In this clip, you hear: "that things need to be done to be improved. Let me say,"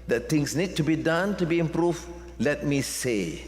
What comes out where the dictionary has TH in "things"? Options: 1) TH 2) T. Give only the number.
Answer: 2